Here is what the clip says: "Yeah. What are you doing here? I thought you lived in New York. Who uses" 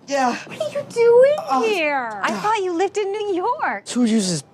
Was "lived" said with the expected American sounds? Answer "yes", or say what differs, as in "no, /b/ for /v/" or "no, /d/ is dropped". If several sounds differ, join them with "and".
yes